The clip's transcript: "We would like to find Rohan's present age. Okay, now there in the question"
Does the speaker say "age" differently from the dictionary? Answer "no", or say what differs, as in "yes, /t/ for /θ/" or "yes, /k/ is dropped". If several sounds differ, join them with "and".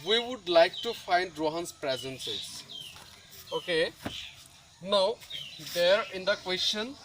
yes, /z/ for /dʒ/